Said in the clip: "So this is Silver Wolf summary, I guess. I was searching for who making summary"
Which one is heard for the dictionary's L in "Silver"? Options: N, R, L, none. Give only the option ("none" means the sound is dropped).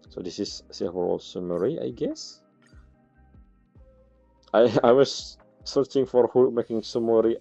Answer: none